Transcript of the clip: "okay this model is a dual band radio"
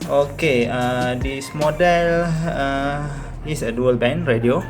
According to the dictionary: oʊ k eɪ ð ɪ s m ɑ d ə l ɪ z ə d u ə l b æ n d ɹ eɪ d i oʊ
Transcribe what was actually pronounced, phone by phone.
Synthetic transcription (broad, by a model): oʊ k eɪ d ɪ s m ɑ d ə l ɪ s ə d u ə l b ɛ n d ɹ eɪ d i oʊ